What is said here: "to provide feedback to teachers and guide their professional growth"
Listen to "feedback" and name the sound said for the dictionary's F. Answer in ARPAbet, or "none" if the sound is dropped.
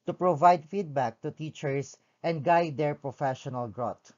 F